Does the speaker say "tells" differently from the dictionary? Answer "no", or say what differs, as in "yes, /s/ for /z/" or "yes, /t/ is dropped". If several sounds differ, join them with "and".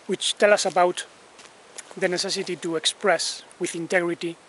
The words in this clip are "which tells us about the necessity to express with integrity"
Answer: yes, /z/ is dropped